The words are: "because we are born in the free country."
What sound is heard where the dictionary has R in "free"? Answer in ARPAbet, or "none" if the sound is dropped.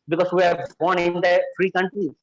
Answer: R